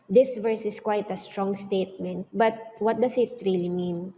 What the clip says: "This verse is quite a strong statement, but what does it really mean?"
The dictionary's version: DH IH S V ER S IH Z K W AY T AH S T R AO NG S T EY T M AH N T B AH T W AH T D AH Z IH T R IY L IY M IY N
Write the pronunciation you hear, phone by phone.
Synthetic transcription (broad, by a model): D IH S V ER S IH S K W AY T AH S T R AO NG S T EY T M AH N T B AH T W AH T D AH S IH T R IY L IY M IY N